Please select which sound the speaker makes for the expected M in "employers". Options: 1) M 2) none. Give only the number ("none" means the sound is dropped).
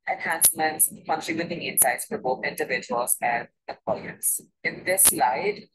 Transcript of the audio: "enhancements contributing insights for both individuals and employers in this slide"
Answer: 2